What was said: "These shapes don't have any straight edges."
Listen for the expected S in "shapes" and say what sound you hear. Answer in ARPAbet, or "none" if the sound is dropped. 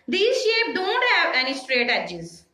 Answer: none